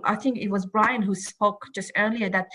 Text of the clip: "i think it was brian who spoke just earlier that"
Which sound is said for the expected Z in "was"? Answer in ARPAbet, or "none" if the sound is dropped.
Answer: Z